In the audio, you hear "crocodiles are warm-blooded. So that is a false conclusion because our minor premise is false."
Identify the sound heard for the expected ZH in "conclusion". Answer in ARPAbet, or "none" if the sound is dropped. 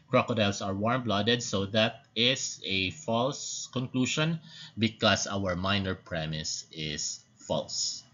SH